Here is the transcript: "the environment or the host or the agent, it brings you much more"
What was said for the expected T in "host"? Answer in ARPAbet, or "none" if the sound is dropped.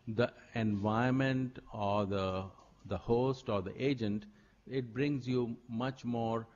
T